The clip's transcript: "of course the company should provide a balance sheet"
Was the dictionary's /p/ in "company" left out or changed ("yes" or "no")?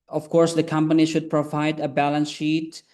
no